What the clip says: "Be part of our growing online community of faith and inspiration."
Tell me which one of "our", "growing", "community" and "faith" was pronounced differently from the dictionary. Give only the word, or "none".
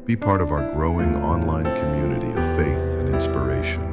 none